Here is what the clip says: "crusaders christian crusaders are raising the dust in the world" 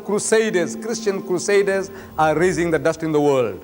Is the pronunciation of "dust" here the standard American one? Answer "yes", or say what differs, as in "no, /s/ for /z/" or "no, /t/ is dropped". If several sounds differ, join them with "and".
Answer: yes